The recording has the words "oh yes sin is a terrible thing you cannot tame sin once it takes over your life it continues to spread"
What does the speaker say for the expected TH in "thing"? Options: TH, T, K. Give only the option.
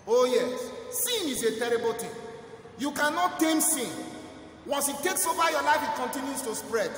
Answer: T